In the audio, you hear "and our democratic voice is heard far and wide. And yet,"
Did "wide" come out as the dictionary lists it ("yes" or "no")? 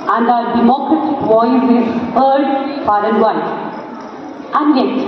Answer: no